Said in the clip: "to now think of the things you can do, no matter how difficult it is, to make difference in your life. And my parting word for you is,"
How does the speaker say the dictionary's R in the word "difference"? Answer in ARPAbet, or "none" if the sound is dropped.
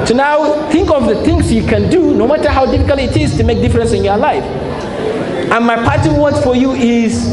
R